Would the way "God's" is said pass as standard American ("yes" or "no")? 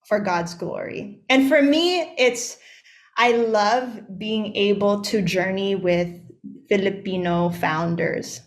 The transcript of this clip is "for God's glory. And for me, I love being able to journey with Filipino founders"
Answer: yes